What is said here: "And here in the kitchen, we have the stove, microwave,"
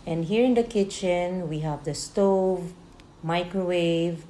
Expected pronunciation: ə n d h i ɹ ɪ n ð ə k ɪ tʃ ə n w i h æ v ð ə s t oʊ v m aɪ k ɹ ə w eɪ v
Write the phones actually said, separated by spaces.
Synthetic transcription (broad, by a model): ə n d h i ɹ ɪ n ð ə k ɪ tʃ ə n w i h æ v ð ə s t oʊ v m aɪ k ɹ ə w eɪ v